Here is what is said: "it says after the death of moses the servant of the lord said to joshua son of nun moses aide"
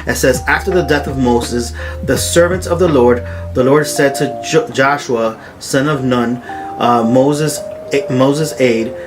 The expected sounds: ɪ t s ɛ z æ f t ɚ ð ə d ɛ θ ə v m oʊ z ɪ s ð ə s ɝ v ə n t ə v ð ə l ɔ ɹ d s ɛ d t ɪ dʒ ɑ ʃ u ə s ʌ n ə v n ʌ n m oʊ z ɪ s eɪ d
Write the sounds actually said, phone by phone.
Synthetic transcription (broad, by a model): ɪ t s ɛ z æ f t ɚ ð ə d ɛ θ ə v m oʊ z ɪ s ð ə s ɝ v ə n t ə v ð ə l ɔ ɹ d s ɛ d t ɪ dʒ ɑ ʃ u ə s ʌ n ə v n ʌ n m oʊ z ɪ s eɪ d